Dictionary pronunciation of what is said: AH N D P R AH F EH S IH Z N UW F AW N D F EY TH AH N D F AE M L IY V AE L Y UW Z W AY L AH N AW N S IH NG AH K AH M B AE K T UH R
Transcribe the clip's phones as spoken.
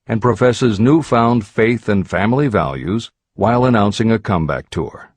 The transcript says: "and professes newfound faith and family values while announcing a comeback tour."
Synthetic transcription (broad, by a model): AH N P R AH F EH S IH Z N UW F AW N D F EY TH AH N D F AE M L IY V AE L Y UW Z W AY L AH N AW N S IH NG AH K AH M B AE K T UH R